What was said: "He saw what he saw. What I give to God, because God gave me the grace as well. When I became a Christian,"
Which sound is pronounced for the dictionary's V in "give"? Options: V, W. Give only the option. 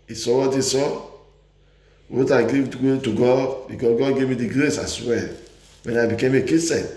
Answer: W